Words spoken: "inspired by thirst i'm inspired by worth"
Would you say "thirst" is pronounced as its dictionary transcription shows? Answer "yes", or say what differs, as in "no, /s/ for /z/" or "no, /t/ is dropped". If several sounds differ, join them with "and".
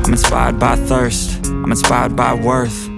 yes